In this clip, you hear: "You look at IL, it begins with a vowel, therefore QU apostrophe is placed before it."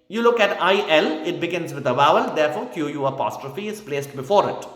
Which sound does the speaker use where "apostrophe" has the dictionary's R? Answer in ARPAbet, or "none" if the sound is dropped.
R